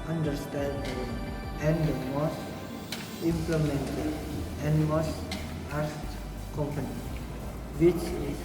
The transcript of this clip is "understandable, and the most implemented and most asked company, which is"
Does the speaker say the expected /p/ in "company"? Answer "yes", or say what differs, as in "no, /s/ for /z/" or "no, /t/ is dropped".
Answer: yes